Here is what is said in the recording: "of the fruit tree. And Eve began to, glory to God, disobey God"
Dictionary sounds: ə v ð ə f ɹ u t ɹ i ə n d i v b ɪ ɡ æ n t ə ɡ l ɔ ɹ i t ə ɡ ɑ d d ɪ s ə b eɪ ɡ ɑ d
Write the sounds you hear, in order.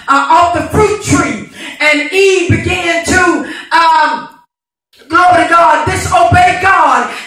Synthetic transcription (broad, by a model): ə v ð ə f ɹ u t ɹ i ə n i b ɪ ɡ æ n t ə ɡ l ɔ i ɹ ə ɡ ɑ d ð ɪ s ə b eɪ ɡ ɑ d